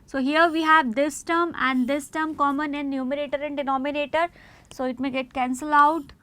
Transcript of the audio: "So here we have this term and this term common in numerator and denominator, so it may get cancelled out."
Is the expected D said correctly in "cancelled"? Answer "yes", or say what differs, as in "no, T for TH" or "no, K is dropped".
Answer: no, D is dropped